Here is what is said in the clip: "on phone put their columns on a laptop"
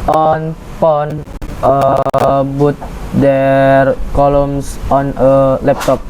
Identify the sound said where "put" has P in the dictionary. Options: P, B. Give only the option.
B